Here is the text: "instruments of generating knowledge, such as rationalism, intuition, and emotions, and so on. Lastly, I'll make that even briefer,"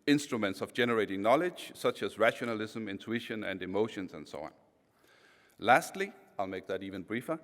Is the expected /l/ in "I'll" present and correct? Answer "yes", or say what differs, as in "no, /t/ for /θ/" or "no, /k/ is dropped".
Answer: yes